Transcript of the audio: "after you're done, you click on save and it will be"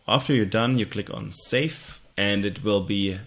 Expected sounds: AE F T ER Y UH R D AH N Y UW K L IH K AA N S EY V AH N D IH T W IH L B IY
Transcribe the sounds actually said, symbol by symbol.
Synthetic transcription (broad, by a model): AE F T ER Y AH R D AH N Y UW K L IH K N S EY F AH N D IH T W IH L B IY